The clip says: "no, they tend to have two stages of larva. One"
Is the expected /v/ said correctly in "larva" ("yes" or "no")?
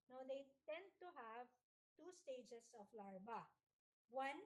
no